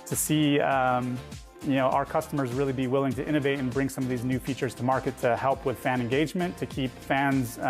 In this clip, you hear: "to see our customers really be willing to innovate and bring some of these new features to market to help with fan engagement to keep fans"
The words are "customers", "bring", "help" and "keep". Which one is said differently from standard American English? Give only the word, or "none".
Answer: none